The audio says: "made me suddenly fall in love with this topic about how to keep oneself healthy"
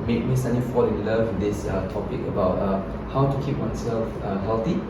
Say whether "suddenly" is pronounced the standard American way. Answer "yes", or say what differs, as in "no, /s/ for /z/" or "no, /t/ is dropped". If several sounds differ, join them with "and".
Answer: no, /l/ is dropped